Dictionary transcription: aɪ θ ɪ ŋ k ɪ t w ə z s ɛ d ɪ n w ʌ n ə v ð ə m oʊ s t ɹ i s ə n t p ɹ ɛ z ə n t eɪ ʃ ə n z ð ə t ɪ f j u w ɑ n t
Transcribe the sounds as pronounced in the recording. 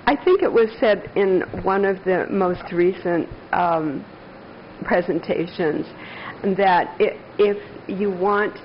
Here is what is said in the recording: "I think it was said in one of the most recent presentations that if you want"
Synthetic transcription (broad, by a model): aɪ θ ɪ ŋ k ɪ t w ə z s ɛ d ɪ n w ʌ n ə v ð ə m oʊ s t ɹ i s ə n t p ɹ ɛ z ə n t eɪ ʃ ə n z ð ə t ɪ f j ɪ w ɑ n t